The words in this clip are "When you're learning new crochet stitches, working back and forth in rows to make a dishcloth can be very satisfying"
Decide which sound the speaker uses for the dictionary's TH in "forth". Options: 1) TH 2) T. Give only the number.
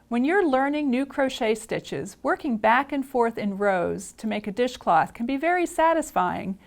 1